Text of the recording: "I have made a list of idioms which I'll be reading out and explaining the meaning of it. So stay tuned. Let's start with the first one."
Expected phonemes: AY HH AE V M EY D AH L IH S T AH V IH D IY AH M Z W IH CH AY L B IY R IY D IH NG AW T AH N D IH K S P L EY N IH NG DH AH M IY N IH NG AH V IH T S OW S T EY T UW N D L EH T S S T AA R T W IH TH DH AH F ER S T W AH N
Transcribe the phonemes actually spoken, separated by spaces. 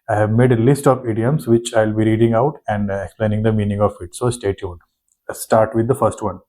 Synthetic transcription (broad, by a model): AY HH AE V M EY D AH L IH S T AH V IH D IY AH M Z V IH CH AY L B IY R IY D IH NG AW T AH N D IH K S P L EY N IH NG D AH M IY N IH NG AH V IH T S OW S T EY T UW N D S S T AA R T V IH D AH F ER S T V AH N